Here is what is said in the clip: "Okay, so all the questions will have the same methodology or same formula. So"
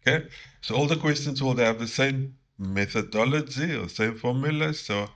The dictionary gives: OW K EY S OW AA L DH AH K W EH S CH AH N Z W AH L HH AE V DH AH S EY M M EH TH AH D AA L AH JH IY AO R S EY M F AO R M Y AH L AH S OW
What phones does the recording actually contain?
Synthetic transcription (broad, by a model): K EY S OW AA L DH AH K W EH S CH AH N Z W AH L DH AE V DH AH S EY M M EH TH AH D AA L AH JH IY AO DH S EY M F AO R M Y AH L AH S OW